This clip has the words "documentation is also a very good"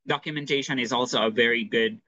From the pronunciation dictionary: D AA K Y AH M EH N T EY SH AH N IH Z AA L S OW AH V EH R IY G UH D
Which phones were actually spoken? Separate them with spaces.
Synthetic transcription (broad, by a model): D AA K Y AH M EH N T EY SH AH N IH Z AA L S OW AH V EH R IY G UH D